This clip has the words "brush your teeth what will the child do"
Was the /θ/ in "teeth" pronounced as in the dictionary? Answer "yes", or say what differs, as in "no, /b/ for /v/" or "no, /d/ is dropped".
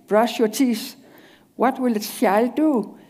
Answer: no, /s/ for /θ/